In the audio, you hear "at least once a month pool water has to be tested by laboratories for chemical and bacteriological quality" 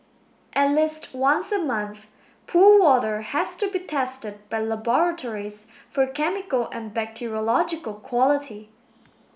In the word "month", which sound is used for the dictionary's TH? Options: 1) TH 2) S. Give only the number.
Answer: 1